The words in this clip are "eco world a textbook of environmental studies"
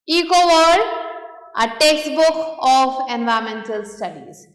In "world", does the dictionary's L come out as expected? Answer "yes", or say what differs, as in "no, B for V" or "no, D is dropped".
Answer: no, L is dropped